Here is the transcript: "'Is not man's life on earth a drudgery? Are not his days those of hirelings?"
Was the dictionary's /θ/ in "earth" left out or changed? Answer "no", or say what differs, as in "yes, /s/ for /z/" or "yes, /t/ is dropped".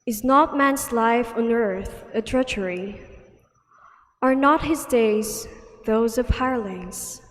no